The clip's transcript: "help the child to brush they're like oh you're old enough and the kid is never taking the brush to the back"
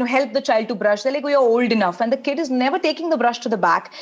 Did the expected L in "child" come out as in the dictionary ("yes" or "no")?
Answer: yes